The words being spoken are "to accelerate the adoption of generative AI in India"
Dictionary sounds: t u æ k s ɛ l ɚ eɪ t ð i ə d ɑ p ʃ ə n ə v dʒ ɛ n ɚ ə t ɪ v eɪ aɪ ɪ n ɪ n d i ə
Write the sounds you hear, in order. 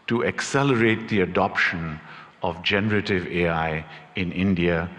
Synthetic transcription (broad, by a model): t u æ k s ɛ l ɚ eɪ t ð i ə d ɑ p ʃ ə n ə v dʒ ɛ n ɚ ə t ɪ v eɪ aɪ ɪ n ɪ n d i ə